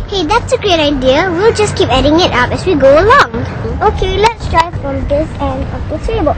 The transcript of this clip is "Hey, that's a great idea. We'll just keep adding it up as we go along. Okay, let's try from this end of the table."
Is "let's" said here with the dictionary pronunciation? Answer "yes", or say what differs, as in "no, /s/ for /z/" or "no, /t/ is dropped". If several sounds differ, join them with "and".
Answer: yes